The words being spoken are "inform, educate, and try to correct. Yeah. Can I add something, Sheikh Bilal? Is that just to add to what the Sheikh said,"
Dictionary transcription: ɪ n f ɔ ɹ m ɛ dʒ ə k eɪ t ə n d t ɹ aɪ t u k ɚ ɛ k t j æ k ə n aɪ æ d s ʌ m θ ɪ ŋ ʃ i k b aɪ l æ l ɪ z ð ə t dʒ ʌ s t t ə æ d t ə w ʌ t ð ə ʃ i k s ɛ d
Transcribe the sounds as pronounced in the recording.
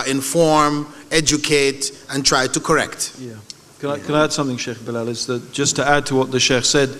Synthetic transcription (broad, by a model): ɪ n f ɔ ɹ m ɛ dʒ ə k eɪ t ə n t ɹ aɪ t u k ɚ ɛ k t j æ k ə n aɪ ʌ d s ʌ m θ ɪ ŋ ʃ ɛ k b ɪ l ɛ l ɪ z ð ə t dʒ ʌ s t t ə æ d t ə w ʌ t ð ə ʃ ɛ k s ɛ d